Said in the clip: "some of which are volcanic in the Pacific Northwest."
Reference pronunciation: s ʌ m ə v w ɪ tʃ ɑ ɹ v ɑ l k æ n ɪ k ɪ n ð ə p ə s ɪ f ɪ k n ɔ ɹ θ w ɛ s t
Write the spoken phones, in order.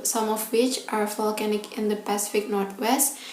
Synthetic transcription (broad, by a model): s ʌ m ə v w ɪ tʃ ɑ ɹ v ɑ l k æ n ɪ k ɪ n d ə p ə s ɪ f ɪ k n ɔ ɹ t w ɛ s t